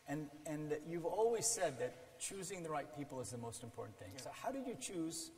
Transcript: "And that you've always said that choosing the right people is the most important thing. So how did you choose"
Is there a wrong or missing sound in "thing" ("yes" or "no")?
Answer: no